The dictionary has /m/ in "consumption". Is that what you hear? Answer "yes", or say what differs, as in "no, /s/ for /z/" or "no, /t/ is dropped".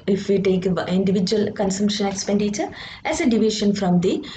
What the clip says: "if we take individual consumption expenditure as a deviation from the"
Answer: yes